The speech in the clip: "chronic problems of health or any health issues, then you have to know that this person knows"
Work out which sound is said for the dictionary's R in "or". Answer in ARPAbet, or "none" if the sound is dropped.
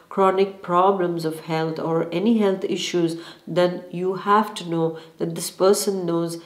R